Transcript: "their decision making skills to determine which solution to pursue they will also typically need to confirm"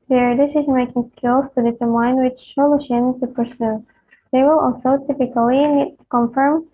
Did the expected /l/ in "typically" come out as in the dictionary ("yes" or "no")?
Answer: no